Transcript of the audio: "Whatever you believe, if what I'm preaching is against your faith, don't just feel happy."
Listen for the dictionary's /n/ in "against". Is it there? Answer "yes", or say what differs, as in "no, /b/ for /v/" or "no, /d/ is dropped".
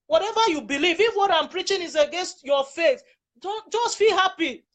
yes